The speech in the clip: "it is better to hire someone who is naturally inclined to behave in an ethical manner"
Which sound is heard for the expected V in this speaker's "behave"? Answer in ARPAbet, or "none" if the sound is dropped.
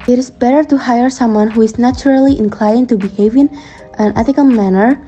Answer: V